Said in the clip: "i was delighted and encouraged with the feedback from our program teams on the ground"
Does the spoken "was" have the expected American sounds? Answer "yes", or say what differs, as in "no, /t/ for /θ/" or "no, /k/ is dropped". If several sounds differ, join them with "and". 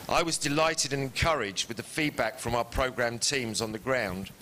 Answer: yes